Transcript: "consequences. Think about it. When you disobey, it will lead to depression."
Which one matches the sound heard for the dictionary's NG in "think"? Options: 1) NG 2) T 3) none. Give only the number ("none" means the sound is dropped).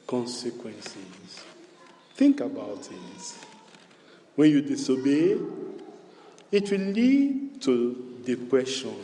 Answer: 1